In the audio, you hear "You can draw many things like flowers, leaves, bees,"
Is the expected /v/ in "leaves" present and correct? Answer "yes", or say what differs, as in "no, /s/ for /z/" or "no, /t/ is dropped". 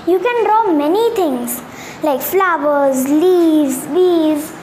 no, /v/ is dropped